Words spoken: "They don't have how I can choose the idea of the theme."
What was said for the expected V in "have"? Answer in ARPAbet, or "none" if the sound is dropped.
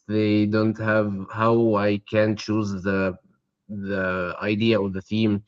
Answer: V